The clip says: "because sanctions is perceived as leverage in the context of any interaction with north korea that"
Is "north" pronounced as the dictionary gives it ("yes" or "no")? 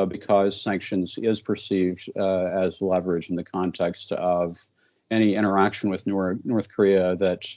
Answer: yes